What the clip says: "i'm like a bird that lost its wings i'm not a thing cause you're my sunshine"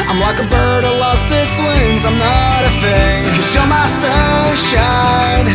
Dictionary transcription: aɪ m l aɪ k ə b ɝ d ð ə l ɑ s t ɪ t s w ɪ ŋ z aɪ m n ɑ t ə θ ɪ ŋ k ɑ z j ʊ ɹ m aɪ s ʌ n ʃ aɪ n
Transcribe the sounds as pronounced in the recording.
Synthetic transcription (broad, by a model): aɪ m l aɪ k ə b ɝ d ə l ɑ s t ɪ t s w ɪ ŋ z aɪ m n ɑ t ə f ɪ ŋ k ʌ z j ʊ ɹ m aɪ s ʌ ʃ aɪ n